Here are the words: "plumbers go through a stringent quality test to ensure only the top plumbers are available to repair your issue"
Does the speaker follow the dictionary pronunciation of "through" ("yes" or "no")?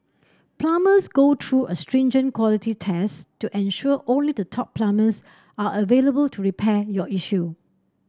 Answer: no